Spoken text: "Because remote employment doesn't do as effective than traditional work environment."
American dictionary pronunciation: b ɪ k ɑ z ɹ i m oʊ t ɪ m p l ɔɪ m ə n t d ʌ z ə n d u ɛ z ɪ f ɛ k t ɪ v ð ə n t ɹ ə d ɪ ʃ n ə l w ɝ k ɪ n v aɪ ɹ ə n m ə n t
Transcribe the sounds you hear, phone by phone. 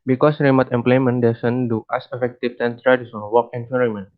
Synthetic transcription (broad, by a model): b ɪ k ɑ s ɹ i m oʊ t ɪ m p l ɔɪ m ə n d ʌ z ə n d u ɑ s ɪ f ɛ k t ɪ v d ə n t ɹ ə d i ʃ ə n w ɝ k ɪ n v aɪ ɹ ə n m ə n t